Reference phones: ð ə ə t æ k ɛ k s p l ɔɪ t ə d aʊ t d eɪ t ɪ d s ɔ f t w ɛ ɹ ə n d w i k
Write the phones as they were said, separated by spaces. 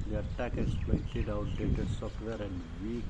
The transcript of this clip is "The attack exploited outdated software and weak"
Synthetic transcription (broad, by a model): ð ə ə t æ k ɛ s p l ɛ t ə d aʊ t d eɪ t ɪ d s ɔ f t w ɛ ɹ ə n d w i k